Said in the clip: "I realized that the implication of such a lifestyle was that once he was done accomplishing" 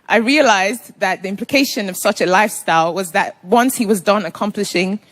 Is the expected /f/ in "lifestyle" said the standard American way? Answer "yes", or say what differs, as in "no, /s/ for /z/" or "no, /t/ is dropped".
yes